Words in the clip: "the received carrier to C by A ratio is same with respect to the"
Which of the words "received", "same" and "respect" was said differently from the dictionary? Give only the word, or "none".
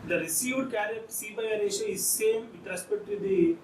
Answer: respect